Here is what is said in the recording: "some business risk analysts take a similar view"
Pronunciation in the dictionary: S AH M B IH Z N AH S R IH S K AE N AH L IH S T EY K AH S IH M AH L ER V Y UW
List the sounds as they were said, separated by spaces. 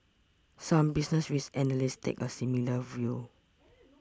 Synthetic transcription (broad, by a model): S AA M B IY S N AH S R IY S EH N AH L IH S T EY K AH S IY M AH L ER V Y UW